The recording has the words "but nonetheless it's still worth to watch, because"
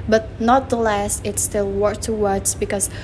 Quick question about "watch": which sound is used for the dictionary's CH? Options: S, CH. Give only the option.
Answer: S